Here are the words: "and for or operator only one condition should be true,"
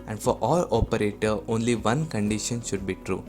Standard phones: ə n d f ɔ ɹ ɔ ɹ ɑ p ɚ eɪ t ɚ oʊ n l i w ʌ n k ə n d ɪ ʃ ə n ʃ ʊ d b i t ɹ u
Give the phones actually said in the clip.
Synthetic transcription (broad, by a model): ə n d f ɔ ɹ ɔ l ɑ p ɚ eɪ t ɚ oʊ n l i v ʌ n k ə n d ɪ ʃ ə n ʃ ʊ d b i t ɹ u